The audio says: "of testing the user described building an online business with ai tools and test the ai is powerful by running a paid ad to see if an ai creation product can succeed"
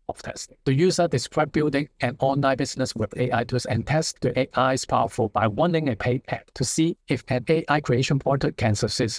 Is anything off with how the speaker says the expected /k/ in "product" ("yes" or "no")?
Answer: yes